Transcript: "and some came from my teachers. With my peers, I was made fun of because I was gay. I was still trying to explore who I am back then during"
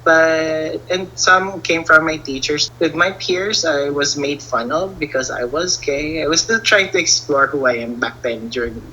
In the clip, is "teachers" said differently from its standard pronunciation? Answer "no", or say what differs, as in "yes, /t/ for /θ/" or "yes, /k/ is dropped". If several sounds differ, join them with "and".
yes, /s/ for /z/